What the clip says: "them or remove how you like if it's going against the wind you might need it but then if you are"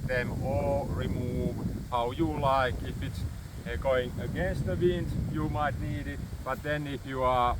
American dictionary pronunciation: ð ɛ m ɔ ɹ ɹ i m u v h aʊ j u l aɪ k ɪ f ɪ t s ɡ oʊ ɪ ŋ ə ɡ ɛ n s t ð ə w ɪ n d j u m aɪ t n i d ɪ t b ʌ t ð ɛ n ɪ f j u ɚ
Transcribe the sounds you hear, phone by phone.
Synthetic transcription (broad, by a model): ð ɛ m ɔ l ɹ i m u v h aʊ j u l aɪ k ɪ f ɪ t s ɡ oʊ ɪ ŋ ə ɡ ɛ n s t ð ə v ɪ n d j u m aɪ t n i d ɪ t b ʌ t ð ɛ n ɪ f j u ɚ